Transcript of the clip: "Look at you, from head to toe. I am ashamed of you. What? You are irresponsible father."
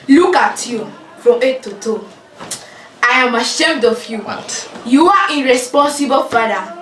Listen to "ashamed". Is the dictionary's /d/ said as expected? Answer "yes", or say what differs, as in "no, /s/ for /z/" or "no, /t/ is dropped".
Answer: yes